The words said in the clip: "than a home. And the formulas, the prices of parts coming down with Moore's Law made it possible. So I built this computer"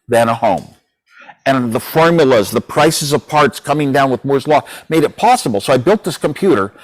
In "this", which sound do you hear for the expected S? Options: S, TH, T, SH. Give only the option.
S